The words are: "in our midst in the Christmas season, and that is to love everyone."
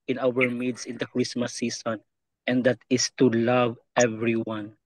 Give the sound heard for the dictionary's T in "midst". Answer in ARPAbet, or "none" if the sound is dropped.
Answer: none